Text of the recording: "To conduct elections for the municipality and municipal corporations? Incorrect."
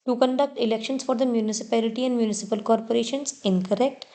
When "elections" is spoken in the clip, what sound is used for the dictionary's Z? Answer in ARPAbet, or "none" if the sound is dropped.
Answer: S